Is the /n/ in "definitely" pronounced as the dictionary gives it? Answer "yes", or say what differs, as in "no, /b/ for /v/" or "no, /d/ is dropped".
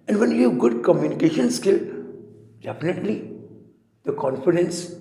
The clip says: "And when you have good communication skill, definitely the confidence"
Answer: yes